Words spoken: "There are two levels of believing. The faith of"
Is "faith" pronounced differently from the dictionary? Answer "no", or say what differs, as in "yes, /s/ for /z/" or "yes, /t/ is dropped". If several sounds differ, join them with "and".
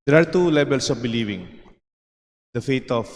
yes, /t/ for /θ/